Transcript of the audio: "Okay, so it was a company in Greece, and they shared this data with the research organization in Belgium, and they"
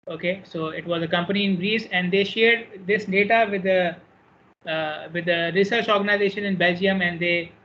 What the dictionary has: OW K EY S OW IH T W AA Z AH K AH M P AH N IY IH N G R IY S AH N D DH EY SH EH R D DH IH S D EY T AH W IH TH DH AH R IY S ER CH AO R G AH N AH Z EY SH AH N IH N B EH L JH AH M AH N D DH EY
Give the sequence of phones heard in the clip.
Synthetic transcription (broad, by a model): OW K EY S OW IH T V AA Z AH K AH M P AH N IY IH N G R IY S AH N D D EY SH EH R D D IH S D EY T AH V IH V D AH R IY S ER CH AO R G AH N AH Z EY SH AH N IH N B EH L JH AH M AH N D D EY